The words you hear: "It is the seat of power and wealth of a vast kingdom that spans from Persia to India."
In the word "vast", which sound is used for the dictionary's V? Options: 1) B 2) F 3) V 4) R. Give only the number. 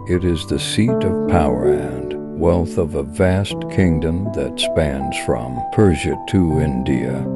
3